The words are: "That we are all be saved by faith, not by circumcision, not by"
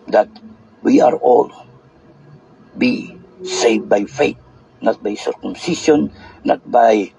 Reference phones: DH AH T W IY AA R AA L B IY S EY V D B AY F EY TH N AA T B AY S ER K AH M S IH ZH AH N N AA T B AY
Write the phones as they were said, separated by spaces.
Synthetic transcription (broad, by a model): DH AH T W IY AA R AA L B IY S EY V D B AY F EY T N AA T B AY S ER K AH M S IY SH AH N N AA T B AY